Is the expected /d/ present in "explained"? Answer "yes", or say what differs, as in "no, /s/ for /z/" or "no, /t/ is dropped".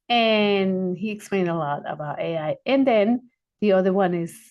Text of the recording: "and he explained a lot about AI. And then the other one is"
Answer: yes